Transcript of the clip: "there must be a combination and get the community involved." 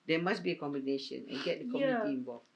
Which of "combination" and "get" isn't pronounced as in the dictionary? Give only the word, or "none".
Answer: none